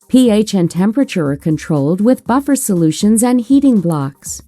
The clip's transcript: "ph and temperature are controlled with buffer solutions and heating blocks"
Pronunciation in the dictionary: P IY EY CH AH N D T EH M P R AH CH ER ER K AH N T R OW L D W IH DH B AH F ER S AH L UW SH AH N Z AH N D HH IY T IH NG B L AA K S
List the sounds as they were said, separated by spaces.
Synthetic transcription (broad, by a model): P IY EY CH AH N T EH M P R AH CH ER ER K AH N T R OW L D W IH DH B AH F ER S AH L UW SH AH N Z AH N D HH IY T IH NG B L AA K S